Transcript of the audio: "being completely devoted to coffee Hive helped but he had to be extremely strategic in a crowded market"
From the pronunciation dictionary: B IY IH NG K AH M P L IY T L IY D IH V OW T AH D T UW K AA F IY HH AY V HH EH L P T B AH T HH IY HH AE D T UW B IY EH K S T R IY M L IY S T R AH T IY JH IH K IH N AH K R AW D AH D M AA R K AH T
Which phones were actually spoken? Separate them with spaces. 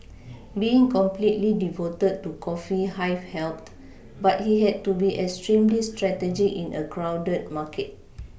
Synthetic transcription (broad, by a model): B IY IH NG K AH M P L IY T L IY D IH V OW T AH D T UW K AA F IY HH AY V HH EH L T B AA T HH IY HH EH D T UW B IY EH K S T R IY M L IY S T R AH T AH JH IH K IH N AH K R AW D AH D M AA K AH T